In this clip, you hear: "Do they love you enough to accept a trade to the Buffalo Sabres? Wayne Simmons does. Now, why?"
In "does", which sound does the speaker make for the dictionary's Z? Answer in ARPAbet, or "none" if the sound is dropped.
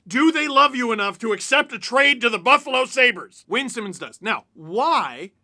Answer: S